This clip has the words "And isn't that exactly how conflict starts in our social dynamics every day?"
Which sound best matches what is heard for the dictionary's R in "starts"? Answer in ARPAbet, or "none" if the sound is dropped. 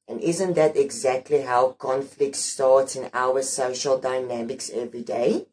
R